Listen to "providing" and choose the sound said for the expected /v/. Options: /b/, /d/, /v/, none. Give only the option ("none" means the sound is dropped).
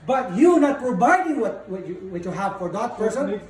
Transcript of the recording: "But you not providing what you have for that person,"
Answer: /b/